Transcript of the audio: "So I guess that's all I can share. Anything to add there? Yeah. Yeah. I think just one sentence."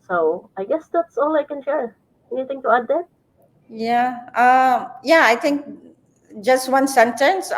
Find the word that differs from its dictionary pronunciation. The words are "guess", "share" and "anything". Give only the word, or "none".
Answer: anything